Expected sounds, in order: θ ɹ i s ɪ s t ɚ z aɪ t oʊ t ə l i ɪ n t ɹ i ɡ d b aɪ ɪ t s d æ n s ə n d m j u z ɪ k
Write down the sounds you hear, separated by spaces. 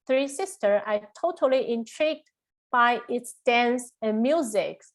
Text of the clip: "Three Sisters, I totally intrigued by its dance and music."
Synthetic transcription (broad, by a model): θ ɹ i s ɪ s t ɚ aɪ t oʊ t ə l i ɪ n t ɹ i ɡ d b aɪ ɪ t s d æ n s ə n m j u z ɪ k